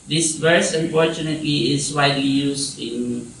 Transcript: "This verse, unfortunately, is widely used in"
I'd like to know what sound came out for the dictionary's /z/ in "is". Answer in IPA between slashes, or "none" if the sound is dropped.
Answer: /s/